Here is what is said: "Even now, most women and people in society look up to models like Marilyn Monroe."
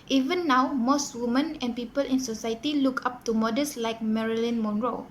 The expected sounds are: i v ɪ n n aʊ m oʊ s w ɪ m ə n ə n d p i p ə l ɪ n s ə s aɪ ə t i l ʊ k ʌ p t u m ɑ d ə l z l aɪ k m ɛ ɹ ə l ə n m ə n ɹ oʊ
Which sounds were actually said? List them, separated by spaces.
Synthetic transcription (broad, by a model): i v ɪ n n aʊ m oʊ s w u m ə n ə n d p i p ə l ɪ n s ə s aɪ ə t i l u k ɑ p t u m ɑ d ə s l aɪ k m ɛ ɹ ə l ə n m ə n ɹ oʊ